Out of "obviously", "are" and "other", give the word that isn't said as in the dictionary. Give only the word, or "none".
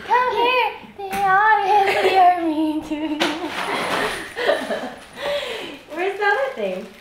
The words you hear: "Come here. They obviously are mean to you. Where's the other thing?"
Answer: obviously